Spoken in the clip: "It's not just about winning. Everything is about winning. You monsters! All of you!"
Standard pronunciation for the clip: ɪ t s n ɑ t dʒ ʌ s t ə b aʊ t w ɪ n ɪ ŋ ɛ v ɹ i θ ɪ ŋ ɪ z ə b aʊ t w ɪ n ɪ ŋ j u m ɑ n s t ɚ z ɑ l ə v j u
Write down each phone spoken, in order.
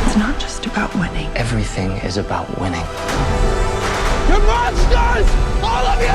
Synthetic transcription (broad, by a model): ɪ t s n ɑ t dʒ ʌ s t ə b aʊ t w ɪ n ɪ ŋ ɛ v ɹ i θ ɪ ŋ ɪ z ə b aʊ t w ɪ n ɪ ŋ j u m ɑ s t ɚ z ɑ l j